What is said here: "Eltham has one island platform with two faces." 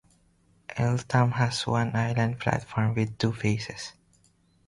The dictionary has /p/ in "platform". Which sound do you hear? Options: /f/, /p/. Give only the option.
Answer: /f/